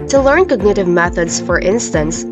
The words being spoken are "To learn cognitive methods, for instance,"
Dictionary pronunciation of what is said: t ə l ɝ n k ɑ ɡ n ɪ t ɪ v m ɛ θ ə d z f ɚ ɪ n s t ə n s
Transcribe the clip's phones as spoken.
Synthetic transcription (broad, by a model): t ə l ɝ n k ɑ ɡ n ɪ t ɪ v m ɛ θ ə d z f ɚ ɪ n s t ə n s